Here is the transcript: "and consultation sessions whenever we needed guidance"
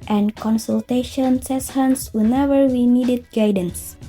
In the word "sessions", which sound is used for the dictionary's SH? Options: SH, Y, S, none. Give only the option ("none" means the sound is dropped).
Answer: S